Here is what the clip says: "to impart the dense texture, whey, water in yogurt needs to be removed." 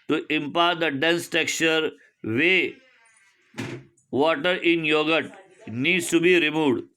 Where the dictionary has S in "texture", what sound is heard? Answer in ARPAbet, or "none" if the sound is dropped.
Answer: none